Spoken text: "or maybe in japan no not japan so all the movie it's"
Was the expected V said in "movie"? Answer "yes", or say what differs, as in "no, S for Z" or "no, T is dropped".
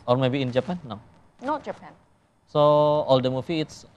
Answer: no, F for V